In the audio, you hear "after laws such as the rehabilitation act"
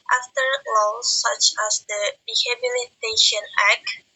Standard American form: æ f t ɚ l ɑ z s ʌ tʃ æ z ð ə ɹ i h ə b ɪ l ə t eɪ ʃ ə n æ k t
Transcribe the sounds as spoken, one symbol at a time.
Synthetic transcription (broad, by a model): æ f t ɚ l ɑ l s ʌ tʃ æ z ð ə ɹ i h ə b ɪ l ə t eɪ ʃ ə n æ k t